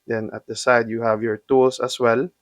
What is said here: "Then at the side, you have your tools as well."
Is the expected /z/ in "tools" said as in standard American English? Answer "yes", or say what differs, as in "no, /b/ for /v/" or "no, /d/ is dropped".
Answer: no, /s/ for /z/